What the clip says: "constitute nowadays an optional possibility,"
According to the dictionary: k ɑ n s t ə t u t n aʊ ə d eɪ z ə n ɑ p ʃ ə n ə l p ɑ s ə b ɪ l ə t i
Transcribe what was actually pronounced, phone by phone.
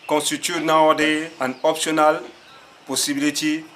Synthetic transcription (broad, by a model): k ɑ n s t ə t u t n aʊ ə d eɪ ə n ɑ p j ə n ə l p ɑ s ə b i l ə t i